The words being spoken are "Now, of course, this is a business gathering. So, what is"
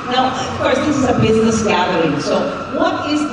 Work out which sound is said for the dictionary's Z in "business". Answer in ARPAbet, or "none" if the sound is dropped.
Z